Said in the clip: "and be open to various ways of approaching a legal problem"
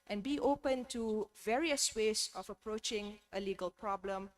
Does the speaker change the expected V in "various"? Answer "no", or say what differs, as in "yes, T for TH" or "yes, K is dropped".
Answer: no